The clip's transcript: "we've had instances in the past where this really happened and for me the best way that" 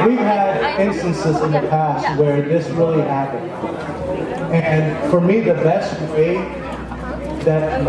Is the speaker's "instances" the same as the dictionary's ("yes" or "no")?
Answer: yes